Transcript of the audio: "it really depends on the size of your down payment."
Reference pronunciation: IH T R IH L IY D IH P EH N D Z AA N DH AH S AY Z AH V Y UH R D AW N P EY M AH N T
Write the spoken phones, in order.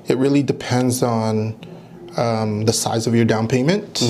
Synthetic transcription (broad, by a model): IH T R IH L IY D IH P EH N D Z N DH AH S AY Z AH V Y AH R D AW N P EY M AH N T